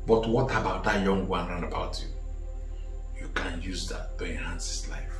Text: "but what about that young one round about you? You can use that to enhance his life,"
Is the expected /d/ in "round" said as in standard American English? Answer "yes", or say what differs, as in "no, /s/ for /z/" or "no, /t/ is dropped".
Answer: no, /d/ is dropped